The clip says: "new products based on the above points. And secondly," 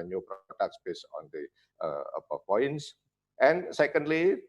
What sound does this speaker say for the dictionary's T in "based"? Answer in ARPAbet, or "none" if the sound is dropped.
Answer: none